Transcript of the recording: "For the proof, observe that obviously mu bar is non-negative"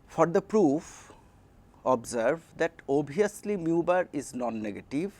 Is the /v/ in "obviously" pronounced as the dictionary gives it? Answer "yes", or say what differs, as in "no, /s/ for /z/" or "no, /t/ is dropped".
no, /v/ is dropped